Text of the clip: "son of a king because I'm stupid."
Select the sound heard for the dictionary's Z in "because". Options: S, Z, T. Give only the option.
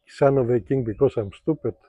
S